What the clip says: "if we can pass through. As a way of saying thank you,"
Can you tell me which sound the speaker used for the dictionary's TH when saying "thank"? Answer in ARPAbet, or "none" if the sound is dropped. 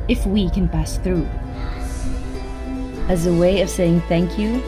TH